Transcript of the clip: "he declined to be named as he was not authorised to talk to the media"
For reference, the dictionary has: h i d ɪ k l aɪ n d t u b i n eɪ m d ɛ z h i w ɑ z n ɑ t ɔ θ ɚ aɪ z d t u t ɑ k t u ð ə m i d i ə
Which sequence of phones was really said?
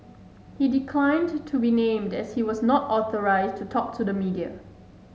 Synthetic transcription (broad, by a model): h i d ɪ k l aɪ n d t u b i n eɪ m d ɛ s h i w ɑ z n ɑ t ɔ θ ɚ aɪ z t u t ɑ k t u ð ə m i d i ə